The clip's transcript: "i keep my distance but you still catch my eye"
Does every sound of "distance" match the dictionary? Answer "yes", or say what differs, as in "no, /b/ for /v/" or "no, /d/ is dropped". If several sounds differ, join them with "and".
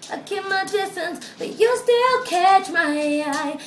yes